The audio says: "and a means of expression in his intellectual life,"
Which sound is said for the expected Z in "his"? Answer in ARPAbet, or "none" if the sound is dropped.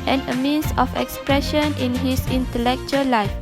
S